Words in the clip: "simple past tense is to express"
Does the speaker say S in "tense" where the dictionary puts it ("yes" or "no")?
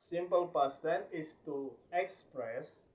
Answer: no